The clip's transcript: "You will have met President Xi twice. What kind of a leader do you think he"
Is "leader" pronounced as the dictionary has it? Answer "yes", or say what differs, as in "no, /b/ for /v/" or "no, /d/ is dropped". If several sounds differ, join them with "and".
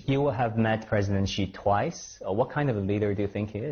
yes